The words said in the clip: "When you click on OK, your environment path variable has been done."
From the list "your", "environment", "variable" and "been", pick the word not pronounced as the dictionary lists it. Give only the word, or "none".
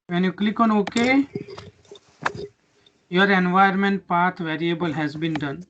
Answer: environment